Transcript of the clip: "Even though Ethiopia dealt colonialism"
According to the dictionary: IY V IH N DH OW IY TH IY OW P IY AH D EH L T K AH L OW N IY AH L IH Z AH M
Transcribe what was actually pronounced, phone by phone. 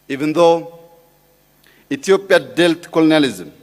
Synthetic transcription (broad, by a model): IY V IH N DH OW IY T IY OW P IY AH D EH L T K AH L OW N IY L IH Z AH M